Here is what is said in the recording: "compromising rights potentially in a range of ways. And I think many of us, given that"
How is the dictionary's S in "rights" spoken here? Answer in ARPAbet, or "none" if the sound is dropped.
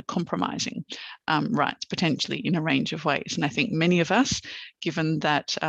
S